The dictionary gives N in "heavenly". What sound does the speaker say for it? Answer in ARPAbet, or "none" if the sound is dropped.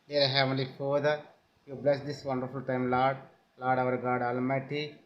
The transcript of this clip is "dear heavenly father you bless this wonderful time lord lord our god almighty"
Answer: none